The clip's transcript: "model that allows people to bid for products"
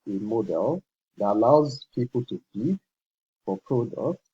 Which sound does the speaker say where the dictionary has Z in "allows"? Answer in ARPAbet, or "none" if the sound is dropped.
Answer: Z